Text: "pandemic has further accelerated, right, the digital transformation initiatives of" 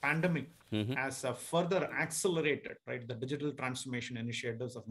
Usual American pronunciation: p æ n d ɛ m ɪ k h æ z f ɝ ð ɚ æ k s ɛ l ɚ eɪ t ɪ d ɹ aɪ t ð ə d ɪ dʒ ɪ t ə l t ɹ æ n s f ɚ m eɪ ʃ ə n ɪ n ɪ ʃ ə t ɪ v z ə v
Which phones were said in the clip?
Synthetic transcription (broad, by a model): p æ n d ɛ m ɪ k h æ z f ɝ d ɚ æ k s ɛ l ɚ eɪ t ɪ d ɹ aɪ t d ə d ɪ dʒ ɪ t ə l t ɹ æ n s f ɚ m eɪ ʃ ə n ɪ n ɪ ʃ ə t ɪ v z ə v